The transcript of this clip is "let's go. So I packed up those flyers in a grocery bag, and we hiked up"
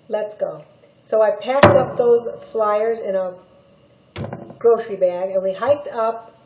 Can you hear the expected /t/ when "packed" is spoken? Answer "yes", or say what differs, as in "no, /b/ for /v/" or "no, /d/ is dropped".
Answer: yes